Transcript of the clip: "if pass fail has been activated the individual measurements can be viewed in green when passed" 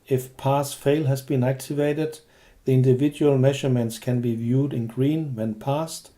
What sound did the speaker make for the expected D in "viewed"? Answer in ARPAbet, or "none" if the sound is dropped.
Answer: D